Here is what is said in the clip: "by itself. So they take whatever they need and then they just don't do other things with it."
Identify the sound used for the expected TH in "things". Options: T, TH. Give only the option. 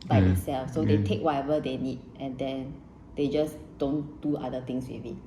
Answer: T